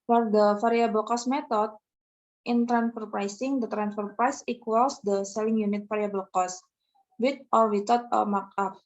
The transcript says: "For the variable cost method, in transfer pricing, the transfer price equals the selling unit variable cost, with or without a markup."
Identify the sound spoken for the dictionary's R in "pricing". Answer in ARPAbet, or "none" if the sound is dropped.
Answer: R